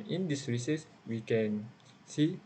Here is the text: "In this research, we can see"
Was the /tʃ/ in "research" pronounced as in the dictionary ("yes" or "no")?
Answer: no